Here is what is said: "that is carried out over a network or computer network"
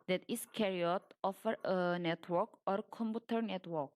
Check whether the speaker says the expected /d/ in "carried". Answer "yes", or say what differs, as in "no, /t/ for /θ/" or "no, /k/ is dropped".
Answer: no, /d/ is dropped